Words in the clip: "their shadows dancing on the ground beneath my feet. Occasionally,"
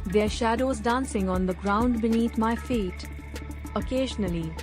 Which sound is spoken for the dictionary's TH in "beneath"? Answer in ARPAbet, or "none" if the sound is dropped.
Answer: T